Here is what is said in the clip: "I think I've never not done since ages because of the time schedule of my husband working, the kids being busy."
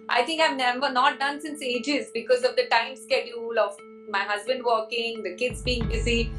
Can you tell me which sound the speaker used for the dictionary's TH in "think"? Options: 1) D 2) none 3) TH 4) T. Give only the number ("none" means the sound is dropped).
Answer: 4